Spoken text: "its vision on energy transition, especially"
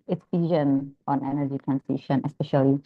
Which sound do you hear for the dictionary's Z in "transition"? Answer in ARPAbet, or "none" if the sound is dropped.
S